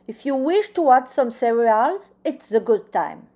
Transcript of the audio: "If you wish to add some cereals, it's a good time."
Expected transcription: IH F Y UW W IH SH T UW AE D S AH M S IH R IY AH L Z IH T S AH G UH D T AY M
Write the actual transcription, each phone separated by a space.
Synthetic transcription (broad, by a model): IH F Y UW W IH SH T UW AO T S AH M S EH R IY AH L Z IH T S AH G UH D T AY M